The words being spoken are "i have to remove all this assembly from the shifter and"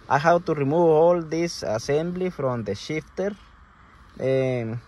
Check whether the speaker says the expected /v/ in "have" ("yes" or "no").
no